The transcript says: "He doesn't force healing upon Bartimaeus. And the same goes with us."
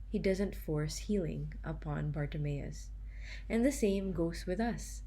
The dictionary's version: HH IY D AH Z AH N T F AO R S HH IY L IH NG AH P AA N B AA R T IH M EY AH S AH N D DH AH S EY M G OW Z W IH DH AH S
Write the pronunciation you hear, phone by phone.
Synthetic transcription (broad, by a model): HH IY D AH Z AH N T F AO R S HH IY L IH NG AH P AA N B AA R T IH M EY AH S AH N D DH AH S EY M G OW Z W IH DH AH S